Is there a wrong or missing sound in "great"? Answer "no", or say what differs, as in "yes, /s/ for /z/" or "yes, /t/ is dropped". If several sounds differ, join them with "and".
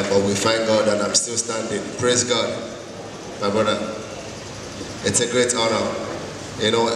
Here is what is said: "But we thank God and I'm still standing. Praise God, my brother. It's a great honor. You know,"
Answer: no